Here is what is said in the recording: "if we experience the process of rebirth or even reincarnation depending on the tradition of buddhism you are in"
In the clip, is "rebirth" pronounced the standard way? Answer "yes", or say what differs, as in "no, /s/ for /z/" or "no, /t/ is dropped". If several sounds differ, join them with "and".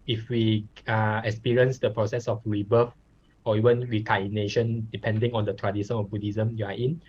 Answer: no, /f/ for /θ/